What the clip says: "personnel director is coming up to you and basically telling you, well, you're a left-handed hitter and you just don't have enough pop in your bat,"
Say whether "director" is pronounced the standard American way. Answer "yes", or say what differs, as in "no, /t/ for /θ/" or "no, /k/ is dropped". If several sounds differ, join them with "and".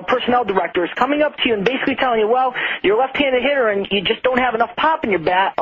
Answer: yes